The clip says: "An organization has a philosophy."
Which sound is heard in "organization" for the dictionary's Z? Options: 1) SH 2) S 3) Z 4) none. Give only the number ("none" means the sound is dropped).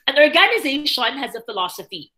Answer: 3